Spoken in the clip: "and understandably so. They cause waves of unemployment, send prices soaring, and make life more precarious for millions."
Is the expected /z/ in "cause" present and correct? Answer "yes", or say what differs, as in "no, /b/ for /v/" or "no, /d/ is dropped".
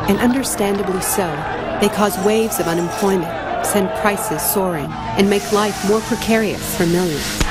yes